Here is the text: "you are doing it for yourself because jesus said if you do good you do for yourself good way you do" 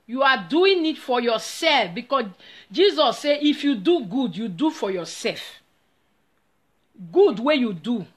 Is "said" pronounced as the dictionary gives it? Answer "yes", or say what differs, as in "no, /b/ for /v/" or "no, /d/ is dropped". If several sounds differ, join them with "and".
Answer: no, /d/ is dropped